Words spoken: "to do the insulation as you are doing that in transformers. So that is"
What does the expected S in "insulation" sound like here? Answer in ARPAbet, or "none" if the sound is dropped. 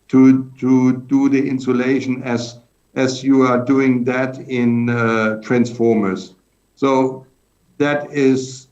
S